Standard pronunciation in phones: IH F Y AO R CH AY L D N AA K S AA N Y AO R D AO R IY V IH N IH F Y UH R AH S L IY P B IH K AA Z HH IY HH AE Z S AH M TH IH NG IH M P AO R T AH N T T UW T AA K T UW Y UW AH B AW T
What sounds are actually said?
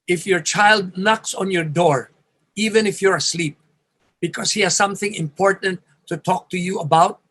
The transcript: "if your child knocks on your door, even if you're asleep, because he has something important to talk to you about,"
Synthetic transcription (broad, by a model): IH F Y AO R CH AY L D N AA K S AA N Y AO R D AO R IY V IH N IH F Y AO R AH S L IY P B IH K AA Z HH IY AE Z S AH M TH IH NG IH M P AO R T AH N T T UW T AA K T UW Y UW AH B AW T